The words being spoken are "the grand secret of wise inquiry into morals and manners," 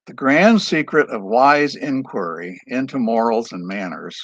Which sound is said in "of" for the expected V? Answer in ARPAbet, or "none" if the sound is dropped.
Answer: V